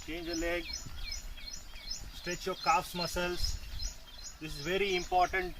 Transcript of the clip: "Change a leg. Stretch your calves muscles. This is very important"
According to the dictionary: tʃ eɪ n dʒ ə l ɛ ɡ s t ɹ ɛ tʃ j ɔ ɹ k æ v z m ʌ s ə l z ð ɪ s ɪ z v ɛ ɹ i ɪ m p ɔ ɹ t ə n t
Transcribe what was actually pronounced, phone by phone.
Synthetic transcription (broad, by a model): tʃ eɪ n dʒ ə l ɛ ɡ s t ɹ ɛ tʃ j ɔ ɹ k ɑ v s m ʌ s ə l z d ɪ s ɪ z v ɛ ɹ i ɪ m p ɔ ɹ t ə n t